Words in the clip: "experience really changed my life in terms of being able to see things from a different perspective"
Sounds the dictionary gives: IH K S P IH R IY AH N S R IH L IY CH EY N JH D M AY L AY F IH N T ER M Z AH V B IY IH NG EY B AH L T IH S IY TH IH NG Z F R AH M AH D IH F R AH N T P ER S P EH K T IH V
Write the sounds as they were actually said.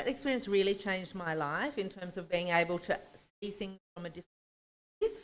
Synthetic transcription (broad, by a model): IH K S P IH R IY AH N S R IH L IY CH EY N JH D M AY L AY F IH N T ER M Z AH V B IY IH NG EY B AH L T IH S IY TH IH NG Z F R AH M AH D IH F R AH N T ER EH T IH